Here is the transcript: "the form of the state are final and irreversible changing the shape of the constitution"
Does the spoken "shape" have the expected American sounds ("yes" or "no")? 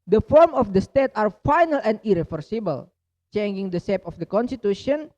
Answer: no